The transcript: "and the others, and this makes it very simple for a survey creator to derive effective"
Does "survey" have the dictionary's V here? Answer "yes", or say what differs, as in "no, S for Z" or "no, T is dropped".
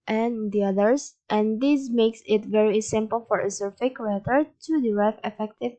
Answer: no, F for V